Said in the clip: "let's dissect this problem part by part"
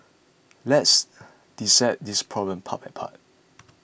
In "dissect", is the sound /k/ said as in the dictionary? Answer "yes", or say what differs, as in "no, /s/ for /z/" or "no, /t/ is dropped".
no, /k/ is dropped